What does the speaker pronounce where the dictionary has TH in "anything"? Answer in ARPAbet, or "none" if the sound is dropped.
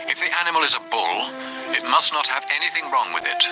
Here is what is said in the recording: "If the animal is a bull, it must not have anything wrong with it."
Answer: TH